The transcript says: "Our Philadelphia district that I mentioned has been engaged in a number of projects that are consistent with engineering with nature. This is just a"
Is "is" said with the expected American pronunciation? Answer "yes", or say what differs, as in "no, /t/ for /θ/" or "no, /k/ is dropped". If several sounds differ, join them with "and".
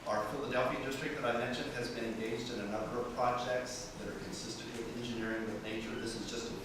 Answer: yes